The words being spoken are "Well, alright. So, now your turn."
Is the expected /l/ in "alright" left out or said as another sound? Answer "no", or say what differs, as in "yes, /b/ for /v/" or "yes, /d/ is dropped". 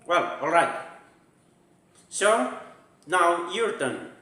no